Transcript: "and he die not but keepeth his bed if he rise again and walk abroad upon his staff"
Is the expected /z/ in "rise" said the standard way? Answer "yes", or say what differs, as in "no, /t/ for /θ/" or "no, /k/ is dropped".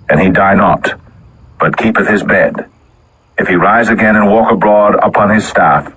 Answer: yes